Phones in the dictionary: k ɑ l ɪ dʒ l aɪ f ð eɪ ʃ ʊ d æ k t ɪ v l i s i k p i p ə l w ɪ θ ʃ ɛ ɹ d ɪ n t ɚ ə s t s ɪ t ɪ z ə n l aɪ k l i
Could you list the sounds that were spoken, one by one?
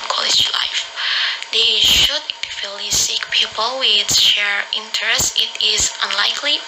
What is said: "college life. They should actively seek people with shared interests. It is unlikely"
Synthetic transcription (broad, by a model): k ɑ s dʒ l aɪ f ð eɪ ʃ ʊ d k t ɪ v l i s i k p i p ə l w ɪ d ʃ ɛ ɹ ɪ n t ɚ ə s s ɪ t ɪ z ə n l aɪ k l i